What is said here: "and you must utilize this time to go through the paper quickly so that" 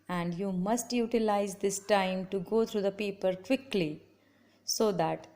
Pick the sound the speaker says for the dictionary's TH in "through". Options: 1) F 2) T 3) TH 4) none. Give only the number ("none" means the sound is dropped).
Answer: 2